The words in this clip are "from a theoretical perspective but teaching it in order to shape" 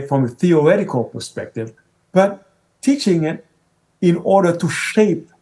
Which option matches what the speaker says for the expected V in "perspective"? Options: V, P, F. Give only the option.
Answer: V